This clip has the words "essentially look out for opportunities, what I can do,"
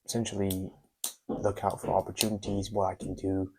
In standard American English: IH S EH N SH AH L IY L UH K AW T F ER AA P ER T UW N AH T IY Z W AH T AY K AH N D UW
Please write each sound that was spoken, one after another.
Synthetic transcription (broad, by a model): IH S EH N SH L IY L UH K AW T F ER AA P ER T UW N AH T IY Z W AH T AY K N D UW